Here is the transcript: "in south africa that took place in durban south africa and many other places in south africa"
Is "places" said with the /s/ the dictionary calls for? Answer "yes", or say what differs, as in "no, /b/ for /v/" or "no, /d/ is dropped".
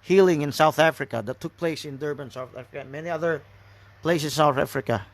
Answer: no, /s/ is dropped